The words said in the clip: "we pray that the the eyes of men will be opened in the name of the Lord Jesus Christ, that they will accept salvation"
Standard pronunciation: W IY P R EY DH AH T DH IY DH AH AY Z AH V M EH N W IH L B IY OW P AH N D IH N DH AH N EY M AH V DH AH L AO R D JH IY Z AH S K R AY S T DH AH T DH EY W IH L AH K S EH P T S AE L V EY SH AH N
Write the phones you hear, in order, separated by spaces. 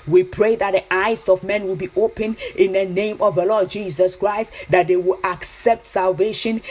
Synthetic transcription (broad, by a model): W IY P R EY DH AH T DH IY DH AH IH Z AH V M EH N W IH L B IY OW P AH N IH N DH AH N EY M AH V DH AH L AO D JH IY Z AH S K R AY S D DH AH T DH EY W IH L AH K S EH P T S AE L V EY SH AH N